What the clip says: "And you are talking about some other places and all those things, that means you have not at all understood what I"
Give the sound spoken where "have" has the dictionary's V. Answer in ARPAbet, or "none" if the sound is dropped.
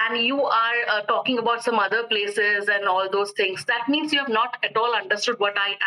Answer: V